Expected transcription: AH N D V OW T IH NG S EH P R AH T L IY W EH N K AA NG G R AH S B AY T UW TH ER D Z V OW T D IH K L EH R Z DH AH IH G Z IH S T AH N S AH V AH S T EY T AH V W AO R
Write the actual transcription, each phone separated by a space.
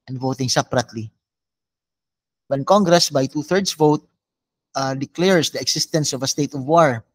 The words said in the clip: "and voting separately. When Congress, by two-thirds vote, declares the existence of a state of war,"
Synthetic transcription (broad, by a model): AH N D V OW T IH NG S EH P R AH T L IY W EH N K AA NG G R AH S B AY T UW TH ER D S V OW T D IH K L EH R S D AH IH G S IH S T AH N S AH V AH S T EY T AH V W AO R